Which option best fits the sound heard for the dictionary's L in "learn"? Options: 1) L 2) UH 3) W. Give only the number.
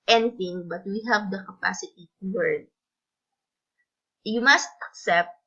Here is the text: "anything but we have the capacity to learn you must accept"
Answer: 3